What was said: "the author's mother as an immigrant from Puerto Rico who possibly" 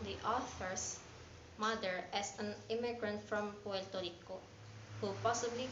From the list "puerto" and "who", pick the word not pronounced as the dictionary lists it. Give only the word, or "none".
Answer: puerto